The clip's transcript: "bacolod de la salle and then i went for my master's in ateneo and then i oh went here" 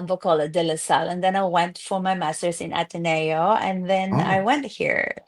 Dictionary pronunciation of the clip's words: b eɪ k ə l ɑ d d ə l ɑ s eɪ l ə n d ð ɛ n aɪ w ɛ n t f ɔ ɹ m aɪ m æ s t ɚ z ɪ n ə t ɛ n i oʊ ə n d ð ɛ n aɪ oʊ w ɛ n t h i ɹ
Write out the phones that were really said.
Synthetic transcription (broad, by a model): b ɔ k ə l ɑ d d ə l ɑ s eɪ l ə n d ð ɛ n aɪ w ɛ n t f ɔ ɹ m aɪ m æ s t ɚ s ɪ n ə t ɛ n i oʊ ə n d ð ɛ n aɪ w ɛ n t h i ɹ